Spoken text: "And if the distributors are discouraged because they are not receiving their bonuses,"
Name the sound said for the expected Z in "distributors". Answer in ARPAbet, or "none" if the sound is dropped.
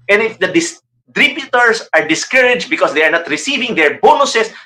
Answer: S